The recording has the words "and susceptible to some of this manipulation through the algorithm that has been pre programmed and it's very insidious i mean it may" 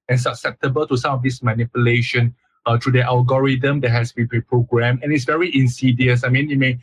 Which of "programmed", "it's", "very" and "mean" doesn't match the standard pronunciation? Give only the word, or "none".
programmed